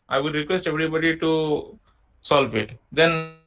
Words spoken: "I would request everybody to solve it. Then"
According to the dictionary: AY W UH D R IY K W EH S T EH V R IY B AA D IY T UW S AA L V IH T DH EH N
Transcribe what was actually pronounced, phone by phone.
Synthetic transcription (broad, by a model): AY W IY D R IY K W EH S T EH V R IY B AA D IY T UW S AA L F IH T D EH N